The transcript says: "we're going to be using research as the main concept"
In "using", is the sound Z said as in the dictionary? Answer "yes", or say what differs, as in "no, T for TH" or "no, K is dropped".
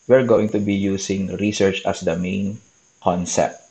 no, S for Z